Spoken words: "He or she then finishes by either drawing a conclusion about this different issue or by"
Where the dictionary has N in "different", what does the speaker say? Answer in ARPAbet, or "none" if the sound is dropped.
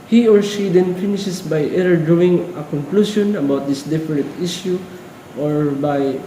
none